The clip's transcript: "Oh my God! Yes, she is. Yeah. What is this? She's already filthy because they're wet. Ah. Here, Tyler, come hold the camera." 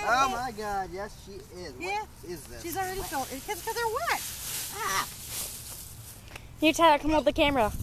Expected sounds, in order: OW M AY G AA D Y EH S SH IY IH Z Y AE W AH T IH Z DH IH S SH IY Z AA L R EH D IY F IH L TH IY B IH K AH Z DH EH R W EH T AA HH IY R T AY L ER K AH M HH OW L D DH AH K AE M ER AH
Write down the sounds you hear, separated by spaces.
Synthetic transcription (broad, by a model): OW M AY G AA D Y EH S SH IY IH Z Y AE IH Z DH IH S SH IY Z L R EH D IY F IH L T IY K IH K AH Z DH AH R W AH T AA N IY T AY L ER K AH M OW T DH AH K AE M ER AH